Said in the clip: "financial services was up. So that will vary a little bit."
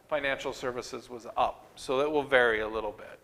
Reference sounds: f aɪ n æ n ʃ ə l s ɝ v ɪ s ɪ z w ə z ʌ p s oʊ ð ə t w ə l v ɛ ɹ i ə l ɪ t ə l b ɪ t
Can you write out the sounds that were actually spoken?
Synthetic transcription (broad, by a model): f aɪ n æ n ʃ l s ɝ v ɪ s ɪ z w ə z ʌ p s oʊ ð ə t w ə l v ɛ ɹ i ə l ɪ t l b ɪ t